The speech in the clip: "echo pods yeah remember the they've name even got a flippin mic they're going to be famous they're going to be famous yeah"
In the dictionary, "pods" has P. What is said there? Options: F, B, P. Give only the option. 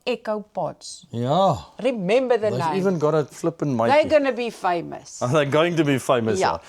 B